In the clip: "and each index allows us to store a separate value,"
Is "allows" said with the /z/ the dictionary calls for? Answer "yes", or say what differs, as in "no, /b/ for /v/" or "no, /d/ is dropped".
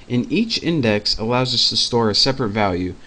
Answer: yes